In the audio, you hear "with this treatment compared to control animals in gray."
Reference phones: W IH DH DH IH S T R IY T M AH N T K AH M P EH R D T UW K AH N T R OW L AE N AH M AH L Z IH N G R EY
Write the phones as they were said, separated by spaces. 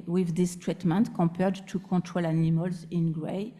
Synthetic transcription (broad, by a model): W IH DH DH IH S T R IY T M AH N T K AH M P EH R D T UW K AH T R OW L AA N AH M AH L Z IH N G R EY